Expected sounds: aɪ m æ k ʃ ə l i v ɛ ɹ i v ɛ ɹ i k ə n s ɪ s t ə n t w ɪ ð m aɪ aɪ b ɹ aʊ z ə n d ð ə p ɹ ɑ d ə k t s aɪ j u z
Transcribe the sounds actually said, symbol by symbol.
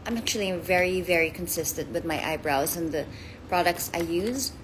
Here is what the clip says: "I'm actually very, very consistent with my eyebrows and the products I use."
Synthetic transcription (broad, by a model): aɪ m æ k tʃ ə l i v ɛ ɹ i v ɛ ɹ i k ə n s ɪ s t ə n t w ɪ ð m aɪ aɪ b ɹ aʊ z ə n ð ə p ɹ ɑ d ə k t s aɪ j u z